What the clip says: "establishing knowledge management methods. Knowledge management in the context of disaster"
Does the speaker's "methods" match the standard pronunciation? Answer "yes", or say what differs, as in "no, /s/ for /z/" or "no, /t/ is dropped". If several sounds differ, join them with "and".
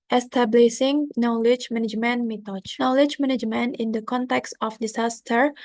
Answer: no, /t/ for /θ/